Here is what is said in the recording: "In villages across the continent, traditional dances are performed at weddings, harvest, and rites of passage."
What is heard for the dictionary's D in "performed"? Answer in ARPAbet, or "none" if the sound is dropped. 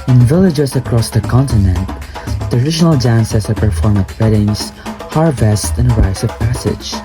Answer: none